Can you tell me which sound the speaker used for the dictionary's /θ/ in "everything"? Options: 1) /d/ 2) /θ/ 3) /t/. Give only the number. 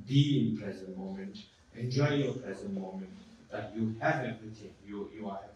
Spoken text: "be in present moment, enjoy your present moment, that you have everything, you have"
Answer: 3